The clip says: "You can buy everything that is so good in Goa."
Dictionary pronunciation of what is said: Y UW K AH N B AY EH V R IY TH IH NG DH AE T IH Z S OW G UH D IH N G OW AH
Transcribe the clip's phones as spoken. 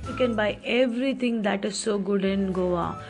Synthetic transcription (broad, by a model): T K AH N B AY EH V R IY T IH NG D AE T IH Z S OW G UH D IH N G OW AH